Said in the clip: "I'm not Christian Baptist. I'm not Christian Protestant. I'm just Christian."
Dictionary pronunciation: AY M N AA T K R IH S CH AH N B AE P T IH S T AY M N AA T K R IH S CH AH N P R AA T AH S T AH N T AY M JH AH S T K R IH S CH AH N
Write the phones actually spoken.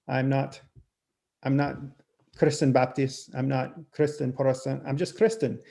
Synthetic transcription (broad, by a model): AY M N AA T K R IH S CH AH N B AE P T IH S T AY M N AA T K R IH S CH AH N P AA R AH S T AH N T AY M JH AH S K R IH S CH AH N